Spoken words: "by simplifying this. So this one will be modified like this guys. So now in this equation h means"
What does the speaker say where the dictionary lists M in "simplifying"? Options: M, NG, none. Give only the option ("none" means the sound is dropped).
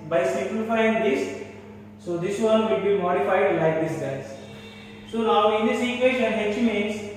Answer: none